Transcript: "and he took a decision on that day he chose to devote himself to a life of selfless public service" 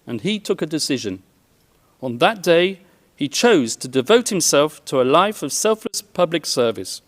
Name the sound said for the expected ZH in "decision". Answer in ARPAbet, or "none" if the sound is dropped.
ZH